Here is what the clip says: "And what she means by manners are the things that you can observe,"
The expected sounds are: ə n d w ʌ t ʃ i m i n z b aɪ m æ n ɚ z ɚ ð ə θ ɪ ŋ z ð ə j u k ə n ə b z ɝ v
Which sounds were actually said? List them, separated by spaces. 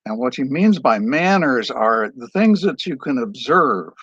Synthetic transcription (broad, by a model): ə n w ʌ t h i m i n z b aɪ m æ n ɚ z ɚ ð ə θ ɪ ŋ z ð ə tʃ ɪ k ə n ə b z ɝ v